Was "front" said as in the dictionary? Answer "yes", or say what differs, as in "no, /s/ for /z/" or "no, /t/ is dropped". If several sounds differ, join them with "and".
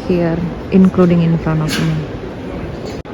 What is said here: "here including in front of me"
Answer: no, /t/ is dropped